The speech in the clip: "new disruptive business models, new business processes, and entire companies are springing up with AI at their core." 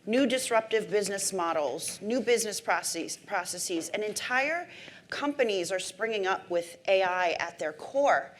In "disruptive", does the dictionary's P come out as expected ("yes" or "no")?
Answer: yes